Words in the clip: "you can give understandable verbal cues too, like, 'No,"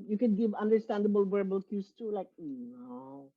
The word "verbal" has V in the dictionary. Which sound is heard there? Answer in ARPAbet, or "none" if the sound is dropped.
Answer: W